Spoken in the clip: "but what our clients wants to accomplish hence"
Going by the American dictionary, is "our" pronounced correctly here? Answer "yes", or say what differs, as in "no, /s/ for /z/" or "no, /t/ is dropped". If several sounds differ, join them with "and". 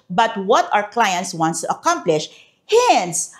no, /w/ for /ɹ/